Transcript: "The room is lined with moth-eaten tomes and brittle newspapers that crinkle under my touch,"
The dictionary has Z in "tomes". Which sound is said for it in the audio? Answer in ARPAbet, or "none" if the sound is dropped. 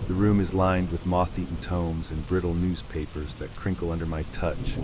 Z